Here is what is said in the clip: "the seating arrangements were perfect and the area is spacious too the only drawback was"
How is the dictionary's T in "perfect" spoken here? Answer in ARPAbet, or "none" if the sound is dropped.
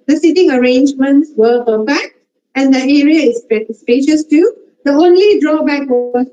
none